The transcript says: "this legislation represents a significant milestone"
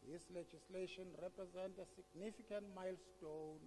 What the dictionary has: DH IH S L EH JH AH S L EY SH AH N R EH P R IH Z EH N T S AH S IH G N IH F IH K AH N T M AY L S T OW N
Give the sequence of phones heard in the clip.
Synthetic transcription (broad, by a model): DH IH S L EH JH AH S L EY SH AH N R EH P R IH Z EH N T AH S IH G N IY F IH K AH N T M AY L S T OW N